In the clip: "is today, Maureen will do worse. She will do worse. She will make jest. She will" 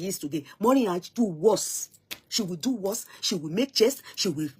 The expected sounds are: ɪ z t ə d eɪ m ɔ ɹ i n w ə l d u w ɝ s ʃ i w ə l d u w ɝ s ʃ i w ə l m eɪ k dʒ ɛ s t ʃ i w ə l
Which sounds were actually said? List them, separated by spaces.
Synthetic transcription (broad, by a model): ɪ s t ə d eɪ m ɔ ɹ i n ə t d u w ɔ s ʃ i w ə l d u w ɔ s ʃ i w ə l m eɪ k tʃ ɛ s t ʃ i w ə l